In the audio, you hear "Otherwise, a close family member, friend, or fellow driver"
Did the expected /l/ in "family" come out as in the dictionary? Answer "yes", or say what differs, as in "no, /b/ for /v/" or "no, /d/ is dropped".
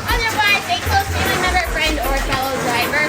no, /l/ is dropped